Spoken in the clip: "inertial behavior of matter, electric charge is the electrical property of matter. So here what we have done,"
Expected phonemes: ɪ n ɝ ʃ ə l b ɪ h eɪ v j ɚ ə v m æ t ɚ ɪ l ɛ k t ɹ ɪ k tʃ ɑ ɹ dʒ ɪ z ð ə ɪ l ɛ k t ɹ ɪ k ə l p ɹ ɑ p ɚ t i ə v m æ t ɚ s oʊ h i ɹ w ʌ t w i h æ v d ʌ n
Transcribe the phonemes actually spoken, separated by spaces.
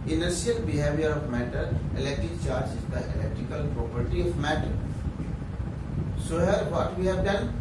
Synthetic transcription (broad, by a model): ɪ n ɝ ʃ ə l b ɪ h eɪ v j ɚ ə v m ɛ t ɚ ɪ l ɛ k t ɹ ɪ k tʃ ɑ ɹ dʒ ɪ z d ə ɪ l ɛ k t ɹ ɪ k ə l p ɹ ɑ p ɚ t i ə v m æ t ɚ s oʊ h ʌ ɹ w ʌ t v i h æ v d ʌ n